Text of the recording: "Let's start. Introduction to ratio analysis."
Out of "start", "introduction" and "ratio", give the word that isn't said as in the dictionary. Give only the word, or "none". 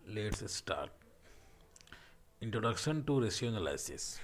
ratio